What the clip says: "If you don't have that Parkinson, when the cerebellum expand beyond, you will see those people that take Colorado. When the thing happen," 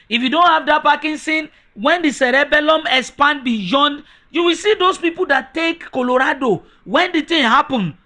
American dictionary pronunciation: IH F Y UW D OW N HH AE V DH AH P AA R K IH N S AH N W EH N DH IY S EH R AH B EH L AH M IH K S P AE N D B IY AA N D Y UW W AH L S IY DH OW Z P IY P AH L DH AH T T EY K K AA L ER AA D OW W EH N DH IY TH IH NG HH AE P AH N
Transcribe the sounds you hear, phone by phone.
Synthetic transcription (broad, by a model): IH F Y UW D OW N HH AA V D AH P AA K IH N S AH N W EH N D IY S EH R AH B EH L AH M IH S P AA N B IY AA N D Y UW W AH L S IY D OW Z P IY P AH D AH T T EY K K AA L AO AA D OW W EH N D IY T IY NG HH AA P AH N